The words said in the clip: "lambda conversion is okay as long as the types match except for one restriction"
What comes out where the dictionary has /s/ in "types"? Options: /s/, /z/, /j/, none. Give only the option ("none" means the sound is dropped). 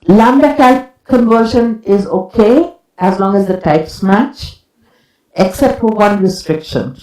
/s/